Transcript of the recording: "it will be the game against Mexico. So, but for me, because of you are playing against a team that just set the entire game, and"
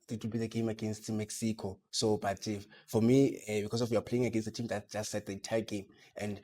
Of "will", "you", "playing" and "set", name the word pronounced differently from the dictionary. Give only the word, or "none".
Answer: none